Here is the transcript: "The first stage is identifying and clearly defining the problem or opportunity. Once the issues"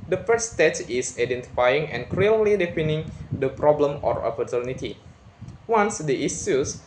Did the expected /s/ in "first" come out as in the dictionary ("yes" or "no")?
no